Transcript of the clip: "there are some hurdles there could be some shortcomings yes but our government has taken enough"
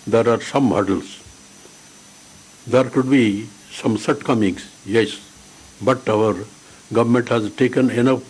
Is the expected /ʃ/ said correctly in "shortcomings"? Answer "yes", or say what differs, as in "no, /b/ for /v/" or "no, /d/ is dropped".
no, /s/ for /ʃ/